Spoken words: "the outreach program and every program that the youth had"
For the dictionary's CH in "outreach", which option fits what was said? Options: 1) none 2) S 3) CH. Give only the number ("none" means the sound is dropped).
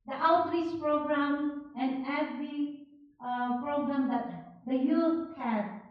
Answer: 2